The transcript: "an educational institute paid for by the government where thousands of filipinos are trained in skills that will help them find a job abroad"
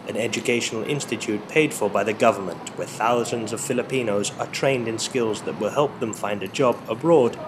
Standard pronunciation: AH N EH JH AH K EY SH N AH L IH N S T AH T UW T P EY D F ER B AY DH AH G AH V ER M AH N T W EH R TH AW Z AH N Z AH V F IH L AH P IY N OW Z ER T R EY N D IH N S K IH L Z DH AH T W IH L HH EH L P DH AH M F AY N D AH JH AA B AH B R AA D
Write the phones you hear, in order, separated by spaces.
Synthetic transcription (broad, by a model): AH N EH JH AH K EY SH N L IH N S T AH T UW T P EY D F ER B AY DH AH G AH V ER M AH N T W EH R TH AW Z AH N Z AH V F IH L AH P IY N OW Z ER T R EY N D IH N S K IH L Z DH AH T W IH L HH EH L P DH AH M F AY N D AH JH AA B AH B R AA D